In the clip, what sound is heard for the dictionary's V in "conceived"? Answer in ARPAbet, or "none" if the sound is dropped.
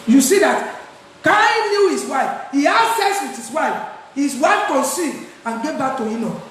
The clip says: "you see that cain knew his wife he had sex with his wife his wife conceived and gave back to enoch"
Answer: none